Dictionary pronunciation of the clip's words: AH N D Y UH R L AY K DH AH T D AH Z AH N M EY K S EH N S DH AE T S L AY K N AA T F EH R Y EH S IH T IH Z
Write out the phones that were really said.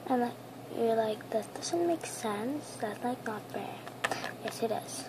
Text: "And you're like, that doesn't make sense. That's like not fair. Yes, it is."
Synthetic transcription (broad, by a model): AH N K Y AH R L AY K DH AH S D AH S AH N M EY K S EH N S DH AE T S L AY K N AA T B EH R Y EH S IH T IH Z